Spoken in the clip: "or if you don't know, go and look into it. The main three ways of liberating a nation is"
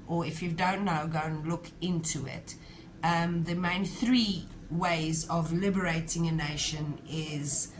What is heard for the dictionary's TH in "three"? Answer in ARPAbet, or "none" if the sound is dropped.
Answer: TH